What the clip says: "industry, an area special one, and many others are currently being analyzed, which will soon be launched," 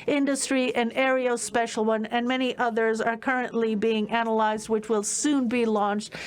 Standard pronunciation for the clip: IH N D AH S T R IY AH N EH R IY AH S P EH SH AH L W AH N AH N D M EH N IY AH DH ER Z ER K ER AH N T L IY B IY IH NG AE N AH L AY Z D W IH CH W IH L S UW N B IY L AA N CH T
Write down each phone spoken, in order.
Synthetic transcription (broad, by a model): IH N D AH S T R IY AH N EH R IY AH S P EH SH L W AH N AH N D M EH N IY AH DH ER Z ER K ER AH N T L IY B IY IH NG AE N AH L AY Z D W IH CH W IH L S UW N B IY L AA N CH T